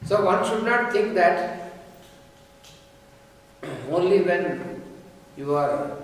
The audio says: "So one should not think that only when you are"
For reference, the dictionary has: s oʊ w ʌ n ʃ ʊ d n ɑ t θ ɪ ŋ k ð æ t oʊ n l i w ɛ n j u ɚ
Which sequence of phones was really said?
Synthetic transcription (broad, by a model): s oʊ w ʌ n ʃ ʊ d n ɑ t t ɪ ŋ k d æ t oʊ n l i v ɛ n j u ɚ